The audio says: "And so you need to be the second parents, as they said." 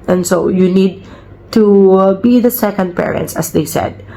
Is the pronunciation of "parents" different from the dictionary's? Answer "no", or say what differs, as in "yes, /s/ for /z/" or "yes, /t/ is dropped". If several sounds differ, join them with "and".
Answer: no